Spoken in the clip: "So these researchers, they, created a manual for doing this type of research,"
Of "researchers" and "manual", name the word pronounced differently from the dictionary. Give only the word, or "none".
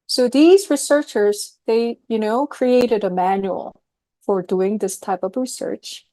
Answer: none